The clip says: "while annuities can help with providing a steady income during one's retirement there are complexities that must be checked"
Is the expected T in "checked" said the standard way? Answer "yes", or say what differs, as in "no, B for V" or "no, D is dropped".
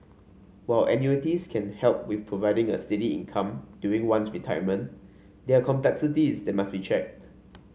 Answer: yes